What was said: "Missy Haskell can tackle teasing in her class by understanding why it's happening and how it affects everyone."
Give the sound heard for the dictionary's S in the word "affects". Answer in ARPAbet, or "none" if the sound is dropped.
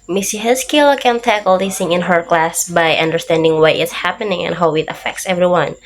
S